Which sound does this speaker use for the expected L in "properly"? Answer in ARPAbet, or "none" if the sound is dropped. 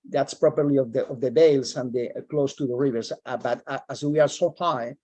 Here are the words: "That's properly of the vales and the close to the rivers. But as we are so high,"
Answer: L